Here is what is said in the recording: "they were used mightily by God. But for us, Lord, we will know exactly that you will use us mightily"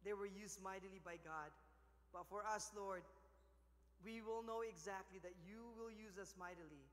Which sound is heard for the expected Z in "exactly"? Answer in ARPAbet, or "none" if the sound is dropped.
Z